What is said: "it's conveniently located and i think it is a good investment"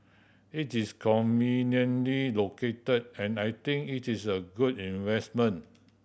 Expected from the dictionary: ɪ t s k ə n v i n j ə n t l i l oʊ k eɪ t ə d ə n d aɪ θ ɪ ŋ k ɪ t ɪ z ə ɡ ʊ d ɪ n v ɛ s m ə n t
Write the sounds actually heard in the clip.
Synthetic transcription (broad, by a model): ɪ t s k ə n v i n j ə n l i l oʊ k eɪ t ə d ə n aɪ t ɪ ŋ k ɪ t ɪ s ə ɡ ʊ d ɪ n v ɛ s m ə n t